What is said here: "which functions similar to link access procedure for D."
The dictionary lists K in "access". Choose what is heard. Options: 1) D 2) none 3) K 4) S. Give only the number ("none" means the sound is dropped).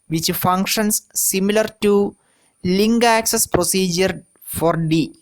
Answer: 3